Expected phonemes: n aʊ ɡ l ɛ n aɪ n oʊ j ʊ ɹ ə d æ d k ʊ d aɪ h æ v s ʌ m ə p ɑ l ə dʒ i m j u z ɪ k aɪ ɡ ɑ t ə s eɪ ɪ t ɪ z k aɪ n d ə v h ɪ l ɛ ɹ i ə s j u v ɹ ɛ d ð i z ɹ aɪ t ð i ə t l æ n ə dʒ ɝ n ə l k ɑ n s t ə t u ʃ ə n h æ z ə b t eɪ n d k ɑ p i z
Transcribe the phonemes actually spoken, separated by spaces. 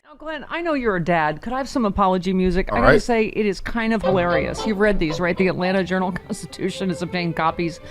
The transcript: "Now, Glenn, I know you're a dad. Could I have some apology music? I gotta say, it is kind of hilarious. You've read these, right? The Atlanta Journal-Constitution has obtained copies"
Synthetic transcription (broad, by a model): n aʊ ɡ l ɛ n aɪ n oʊ j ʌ ɹ ə d æ d k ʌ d aɪ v s ʌ m ə p ɑ l ə dʒ i m j u z ɪ k aɪ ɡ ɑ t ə s eɪ ɪ t ɪ z k aɪ n d ə v h ɪ l ɛ ɹ i ə s j u v ɹ ɛ d ð i z ɹ aɪ t ð i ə t l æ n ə dʒ ɝ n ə l k ɑ n s t ə t u ʃ ə n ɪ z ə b t eɪ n k ɑ p i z